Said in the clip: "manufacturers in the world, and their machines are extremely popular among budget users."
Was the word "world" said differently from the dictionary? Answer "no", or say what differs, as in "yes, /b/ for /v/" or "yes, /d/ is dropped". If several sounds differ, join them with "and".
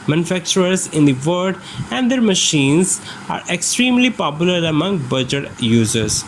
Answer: yes, /l/ is dropped